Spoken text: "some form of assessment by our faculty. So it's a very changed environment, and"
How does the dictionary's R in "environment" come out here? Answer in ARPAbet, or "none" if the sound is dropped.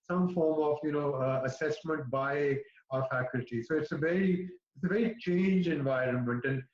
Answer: R